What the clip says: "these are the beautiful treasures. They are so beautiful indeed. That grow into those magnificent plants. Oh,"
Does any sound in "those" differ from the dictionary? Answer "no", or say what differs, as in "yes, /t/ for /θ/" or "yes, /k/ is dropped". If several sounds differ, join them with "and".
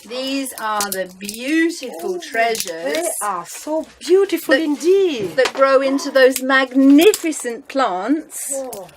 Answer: no